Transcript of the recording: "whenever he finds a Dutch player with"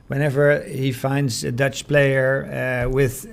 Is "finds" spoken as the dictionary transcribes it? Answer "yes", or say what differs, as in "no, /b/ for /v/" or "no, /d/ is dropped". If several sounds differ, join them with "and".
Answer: yes